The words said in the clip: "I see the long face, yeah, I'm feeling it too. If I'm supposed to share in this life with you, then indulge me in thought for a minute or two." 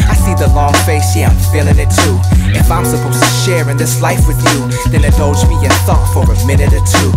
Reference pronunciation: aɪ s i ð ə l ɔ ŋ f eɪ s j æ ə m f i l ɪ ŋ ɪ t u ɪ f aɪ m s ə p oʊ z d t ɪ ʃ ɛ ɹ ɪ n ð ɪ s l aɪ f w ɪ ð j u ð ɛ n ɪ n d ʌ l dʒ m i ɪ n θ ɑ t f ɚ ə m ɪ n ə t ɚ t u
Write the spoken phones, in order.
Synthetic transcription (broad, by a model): aɪ s i ð ə l ɔ ŋ f eɪ s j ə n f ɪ l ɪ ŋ ɪ t u ɪ f aɪ m s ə p oʊ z t ɪ ʃ ɛ ɹ ɪ n ð ɪ s l aɪ f w ɪ ð j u ð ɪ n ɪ d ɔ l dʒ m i ɪ n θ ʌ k f ɚ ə m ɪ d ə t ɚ t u